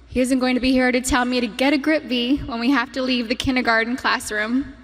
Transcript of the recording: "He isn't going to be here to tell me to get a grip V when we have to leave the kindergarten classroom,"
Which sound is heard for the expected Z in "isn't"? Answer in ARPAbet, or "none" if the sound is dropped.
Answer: Z